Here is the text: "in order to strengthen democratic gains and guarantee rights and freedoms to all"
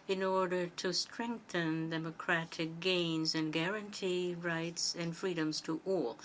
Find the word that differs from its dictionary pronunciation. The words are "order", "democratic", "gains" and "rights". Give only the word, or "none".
none